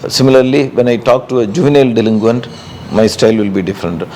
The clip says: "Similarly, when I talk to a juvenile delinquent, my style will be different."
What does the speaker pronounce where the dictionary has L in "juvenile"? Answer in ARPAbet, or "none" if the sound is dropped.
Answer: L